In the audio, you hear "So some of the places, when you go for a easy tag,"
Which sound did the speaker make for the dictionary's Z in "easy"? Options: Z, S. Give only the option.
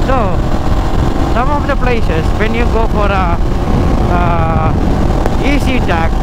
S